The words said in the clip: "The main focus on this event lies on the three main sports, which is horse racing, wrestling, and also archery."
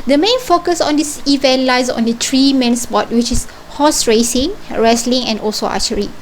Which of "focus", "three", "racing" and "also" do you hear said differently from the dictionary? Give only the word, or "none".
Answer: three